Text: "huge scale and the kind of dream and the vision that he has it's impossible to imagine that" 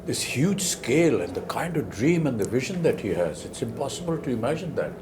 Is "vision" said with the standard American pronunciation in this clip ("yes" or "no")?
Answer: yes